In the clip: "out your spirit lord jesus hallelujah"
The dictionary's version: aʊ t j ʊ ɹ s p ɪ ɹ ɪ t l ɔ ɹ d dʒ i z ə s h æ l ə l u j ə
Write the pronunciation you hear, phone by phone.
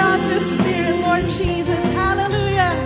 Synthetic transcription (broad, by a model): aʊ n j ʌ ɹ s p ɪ ɹ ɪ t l ɔ ɹ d dʒ i z ə s h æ l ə l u j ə